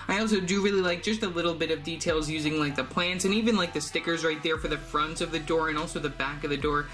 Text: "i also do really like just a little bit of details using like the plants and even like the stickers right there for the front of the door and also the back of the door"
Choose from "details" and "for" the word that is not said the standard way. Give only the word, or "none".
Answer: none